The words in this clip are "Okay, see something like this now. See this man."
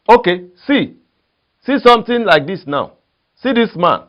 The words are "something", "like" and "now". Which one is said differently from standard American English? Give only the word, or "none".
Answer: something